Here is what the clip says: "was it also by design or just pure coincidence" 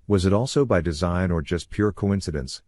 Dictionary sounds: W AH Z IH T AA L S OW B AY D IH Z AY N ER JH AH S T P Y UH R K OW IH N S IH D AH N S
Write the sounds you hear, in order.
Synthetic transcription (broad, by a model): W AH Z IH T AA L S OW B AY D IH Z AY N ER JH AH S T P Y UH R K OW IH N S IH D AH N S